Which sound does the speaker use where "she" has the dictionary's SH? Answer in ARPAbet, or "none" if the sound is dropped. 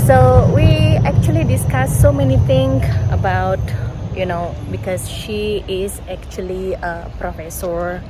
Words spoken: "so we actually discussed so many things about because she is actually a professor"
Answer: SH